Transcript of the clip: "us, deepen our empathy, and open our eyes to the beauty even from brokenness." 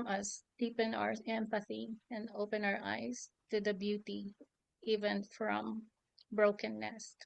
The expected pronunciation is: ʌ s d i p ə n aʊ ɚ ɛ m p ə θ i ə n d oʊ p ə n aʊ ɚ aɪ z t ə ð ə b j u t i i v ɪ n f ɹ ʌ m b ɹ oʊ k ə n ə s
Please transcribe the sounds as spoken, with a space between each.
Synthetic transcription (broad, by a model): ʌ s d i p ə n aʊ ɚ ɛ m p ə θ i ə n d oʊ p ə n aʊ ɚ aɪ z t ə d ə b j u t i i v ɪ n f ɹ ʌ m b ɹ oʊ k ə n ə s